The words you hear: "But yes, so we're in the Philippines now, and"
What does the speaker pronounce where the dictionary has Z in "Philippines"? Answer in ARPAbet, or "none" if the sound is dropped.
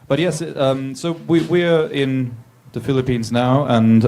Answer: Z